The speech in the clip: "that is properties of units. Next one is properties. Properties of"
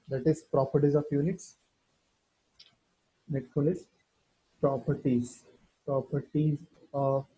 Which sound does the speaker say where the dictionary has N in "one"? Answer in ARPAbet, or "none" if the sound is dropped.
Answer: L